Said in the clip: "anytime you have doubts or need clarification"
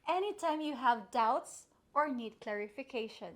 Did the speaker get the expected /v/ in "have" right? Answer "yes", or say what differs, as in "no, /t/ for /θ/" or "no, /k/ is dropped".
yes